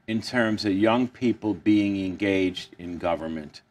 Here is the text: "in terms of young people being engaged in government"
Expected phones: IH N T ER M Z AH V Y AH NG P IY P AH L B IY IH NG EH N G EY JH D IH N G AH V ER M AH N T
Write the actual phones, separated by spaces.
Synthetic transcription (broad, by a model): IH N T ER M Z AH V Y AH NG P IY P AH L B IY IH NG EH N G EY JH D IH N G AH V ER M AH N T